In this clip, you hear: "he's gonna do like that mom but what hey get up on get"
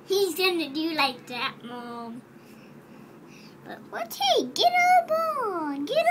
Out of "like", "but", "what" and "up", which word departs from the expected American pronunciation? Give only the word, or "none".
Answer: up